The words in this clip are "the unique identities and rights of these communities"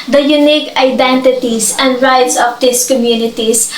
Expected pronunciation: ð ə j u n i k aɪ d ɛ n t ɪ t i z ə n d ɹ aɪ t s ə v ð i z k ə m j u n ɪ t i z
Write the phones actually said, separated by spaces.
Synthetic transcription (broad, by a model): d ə j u n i k aɪ d ɛ n t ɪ t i s ə n d ɹ aɪ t s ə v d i s k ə m j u n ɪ t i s